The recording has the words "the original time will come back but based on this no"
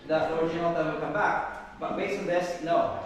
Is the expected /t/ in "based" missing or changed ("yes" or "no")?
yes